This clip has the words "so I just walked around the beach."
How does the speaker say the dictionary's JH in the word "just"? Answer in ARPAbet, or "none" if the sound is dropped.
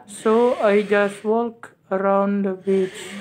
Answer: JH